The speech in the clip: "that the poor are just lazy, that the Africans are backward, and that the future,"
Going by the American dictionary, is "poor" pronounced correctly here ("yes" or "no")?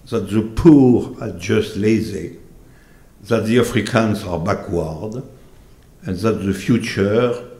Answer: yes